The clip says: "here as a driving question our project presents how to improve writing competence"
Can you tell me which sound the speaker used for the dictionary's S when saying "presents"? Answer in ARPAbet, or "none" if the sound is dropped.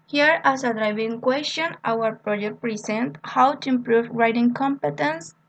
none